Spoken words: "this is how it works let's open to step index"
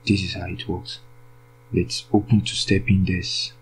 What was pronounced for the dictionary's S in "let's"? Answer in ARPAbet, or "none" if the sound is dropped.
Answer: S